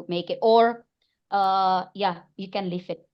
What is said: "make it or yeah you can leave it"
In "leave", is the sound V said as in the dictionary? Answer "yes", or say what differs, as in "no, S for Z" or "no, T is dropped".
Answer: no, F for V